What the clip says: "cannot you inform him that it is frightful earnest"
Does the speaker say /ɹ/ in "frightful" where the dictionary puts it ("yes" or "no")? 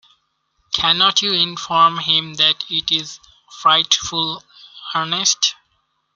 yes